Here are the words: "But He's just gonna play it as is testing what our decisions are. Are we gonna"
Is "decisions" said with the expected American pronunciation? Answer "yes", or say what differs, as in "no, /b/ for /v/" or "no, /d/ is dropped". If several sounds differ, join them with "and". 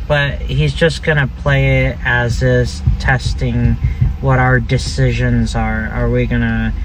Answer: yes